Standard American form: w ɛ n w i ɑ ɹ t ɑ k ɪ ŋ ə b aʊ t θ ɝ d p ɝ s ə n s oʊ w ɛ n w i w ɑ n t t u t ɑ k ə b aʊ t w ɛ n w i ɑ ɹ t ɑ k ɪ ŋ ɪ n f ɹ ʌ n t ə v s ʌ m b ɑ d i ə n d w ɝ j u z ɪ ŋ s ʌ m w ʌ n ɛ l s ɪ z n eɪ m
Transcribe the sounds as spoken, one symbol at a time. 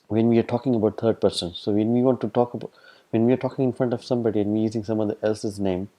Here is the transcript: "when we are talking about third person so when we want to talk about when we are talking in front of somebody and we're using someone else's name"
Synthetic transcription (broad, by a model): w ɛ n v i ɑ ɹ t ɑ k ɪ ŋ ə b aʊ t t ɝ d p ɝ s ə n s oʊ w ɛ n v i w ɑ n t t u t ɑ k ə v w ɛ n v i ɑ ɹ t ɑ k ɪ ŋ ɪ n f ɹ ʌ n t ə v s ʌ m b ɑ d i ə n d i j u z ɪ ŋ s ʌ m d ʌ ɛ l s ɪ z n eɪ m